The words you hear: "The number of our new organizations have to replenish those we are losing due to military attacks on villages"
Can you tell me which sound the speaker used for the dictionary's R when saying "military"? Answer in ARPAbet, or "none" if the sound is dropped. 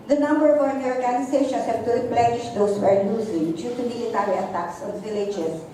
L